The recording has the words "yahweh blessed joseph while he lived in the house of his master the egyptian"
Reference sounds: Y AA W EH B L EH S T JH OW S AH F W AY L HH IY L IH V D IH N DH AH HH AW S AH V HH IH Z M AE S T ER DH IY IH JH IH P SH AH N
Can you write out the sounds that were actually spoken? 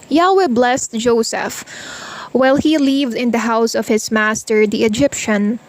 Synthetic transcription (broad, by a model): Y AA W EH B L EH S T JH OW S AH F W AY L HH IY L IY V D IH N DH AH HH AW S AH V HH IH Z M AE S T ER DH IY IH JH IH P SH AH N